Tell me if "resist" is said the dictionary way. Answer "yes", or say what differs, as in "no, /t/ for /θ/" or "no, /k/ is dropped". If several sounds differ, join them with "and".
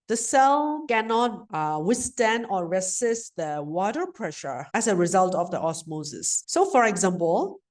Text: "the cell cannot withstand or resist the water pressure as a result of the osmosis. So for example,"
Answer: no, /s/ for /z/